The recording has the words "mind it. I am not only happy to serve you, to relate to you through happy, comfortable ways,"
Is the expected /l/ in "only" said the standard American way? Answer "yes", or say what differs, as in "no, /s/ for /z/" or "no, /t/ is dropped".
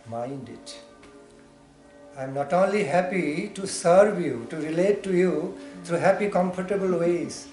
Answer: yes